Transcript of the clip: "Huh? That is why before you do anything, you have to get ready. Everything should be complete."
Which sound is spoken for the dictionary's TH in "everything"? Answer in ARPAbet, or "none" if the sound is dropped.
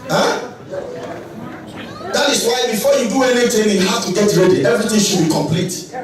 T